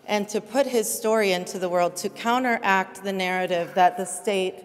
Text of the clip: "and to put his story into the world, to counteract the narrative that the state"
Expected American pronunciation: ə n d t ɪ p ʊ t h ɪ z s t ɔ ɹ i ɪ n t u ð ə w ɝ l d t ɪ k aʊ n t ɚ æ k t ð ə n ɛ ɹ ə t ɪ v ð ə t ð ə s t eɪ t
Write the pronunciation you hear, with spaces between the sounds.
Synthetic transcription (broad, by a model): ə n t ɪ p ʊ t h ɪ z s t ɔ ɹ i ɪ n t u ð ə w ɝ l d t ɪ k aʊ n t ɚ æ k t ð ə n ɛ ɹ ə t ɪ v ð ə t ð ə s t eɪ t